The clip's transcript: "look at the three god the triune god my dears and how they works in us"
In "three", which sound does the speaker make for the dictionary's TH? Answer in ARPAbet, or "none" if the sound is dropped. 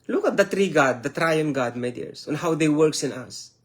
T